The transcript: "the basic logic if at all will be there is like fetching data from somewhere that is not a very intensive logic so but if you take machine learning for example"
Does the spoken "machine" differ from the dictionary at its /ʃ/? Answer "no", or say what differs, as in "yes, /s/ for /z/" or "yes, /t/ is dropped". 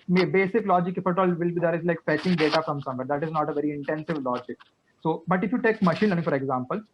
no